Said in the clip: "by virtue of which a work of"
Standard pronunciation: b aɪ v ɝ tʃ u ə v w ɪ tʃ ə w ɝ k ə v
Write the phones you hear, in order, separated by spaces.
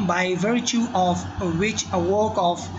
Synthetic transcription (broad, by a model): b aɪ v ɝ tʃ u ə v w ɪ tʃ ə w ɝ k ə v